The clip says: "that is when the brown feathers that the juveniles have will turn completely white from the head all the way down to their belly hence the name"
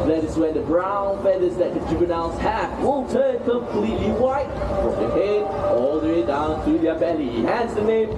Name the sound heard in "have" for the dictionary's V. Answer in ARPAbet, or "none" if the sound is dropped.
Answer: F